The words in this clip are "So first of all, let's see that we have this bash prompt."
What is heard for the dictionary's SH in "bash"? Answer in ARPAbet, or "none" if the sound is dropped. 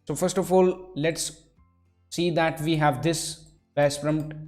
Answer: S